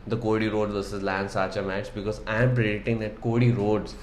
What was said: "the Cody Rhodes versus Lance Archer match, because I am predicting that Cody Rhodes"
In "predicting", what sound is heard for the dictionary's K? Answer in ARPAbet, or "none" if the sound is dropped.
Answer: none